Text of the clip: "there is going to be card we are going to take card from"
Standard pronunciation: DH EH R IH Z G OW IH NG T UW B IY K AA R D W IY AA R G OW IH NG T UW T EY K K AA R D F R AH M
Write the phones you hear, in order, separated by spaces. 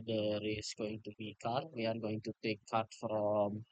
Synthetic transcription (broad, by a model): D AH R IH S G OW IH NG T UW B IY K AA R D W IY AA R G OW IH NG T UW T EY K K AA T F R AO M